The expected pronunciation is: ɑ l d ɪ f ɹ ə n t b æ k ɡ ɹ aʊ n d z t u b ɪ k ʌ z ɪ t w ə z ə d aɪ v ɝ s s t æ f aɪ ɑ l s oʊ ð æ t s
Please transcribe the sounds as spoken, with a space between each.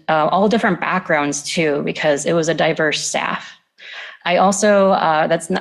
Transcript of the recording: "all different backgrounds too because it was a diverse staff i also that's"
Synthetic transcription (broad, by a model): ɑ l d ɪ f ɹ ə n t b æ k ɡ ɹ aʊ n d z t u b ɪ k ʌ z ɪ t w ə z ə d aɪ v ɝ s s t æ f aɪ ɑ l s oʊ ð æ t s